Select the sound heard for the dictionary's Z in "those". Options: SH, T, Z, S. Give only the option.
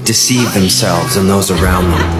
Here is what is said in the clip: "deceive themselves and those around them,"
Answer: Z